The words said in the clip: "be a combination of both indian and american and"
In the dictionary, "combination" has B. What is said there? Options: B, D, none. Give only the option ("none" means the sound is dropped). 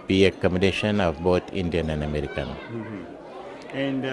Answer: none